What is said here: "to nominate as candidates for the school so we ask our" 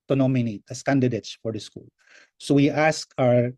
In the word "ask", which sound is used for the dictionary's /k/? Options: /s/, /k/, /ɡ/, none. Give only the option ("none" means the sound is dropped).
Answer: /k/